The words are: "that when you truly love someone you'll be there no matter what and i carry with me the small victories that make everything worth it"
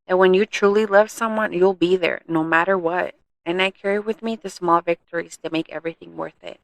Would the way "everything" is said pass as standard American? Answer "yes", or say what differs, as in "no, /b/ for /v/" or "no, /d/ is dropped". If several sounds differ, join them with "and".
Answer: yes